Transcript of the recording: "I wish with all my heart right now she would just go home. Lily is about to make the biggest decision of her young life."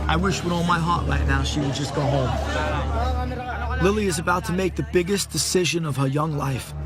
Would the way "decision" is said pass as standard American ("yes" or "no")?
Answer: yes